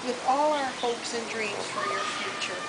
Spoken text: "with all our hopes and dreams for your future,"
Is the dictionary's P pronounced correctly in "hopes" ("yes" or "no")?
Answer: yes